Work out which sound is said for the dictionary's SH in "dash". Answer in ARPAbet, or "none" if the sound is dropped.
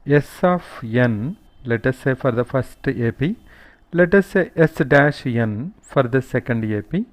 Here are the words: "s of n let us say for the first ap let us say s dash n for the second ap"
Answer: SH